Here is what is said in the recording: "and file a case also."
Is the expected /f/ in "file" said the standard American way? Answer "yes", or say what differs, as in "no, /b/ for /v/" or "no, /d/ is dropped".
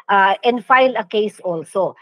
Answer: yes